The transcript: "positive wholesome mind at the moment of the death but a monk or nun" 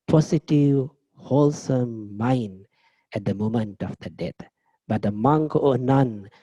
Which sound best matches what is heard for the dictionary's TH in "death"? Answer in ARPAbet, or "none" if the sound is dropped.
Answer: T